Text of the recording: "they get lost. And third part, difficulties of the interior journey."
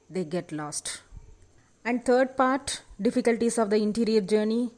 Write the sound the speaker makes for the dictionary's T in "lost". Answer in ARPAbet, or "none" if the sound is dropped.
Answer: T